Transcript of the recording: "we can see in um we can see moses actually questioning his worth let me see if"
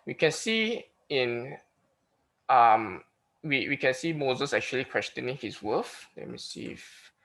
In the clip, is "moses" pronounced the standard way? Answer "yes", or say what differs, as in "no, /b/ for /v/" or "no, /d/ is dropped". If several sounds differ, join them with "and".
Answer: yes